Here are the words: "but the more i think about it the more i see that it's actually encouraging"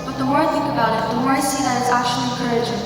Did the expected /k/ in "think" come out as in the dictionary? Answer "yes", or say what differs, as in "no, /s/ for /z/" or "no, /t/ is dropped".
yes